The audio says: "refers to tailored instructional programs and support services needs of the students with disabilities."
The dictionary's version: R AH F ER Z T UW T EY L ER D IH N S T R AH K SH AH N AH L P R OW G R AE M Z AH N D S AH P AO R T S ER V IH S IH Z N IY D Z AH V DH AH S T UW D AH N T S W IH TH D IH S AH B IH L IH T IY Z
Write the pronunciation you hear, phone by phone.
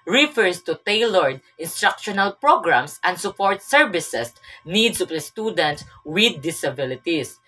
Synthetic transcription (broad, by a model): R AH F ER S T UW T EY L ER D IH N S T R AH K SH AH N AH L P R OW G R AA M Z AH N D S AH P AO R T S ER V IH S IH S N IY D S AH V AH S T UW D AH N T S W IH D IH S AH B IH L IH T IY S